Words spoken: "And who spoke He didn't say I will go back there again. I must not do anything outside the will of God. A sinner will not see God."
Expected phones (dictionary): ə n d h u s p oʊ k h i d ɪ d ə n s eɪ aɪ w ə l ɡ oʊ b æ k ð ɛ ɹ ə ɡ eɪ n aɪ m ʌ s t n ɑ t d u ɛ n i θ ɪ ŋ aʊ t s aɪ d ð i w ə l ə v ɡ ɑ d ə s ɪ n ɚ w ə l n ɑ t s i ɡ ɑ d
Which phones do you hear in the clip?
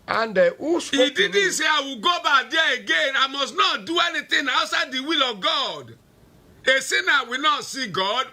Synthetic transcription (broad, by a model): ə n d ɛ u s i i d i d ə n s eɪ aɪ w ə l ɡ oʊ b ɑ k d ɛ ə ɡ eɪ n aɪ m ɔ s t n ɑ t d u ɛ n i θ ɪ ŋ aʊ s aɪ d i w ə l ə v ɡ ɑ d ə s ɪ n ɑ w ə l n ɑ t s i ɡ ɑ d